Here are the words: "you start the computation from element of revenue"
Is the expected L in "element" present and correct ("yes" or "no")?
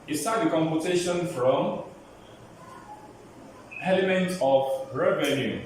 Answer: yes